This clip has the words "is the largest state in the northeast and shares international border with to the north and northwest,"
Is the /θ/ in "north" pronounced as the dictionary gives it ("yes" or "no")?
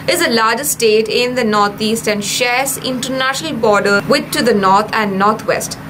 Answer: no